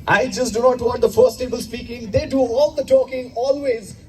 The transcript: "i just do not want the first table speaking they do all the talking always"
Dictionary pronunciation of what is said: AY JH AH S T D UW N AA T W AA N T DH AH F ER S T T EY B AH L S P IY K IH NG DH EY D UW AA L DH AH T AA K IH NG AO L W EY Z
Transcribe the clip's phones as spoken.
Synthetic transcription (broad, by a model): AY JH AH S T D UW N AA T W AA T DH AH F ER S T T EY B AH L S P IY K IH NG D EY D UW AA L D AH T AA K IH NG AO L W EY Z